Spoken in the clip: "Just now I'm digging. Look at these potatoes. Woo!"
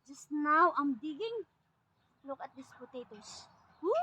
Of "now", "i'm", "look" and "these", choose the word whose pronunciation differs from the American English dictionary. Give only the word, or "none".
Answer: these